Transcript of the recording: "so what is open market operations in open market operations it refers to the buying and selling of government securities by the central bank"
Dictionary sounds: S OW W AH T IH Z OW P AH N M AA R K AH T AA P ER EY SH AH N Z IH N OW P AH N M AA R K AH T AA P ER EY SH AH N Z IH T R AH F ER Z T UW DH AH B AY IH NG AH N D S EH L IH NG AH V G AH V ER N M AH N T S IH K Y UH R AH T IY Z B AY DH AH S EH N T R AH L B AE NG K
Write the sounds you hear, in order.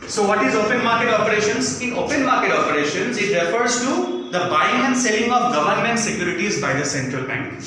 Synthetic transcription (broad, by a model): S OW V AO T IH Z OW P AH N M AA R K AH T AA P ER EY SH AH N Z IH N OW P AH N M AA R K AH T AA P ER EY SH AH N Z IH T R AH F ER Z T UW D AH B AY IH NG AH N D S EH L IH NG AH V G AH V ER N M AH N T S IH K Y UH R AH T IY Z B AY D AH S EH N T R AH L B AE NG K